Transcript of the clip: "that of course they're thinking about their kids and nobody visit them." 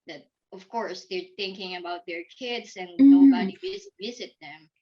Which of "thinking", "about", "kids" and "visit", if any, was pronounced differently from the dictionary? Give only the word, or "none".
none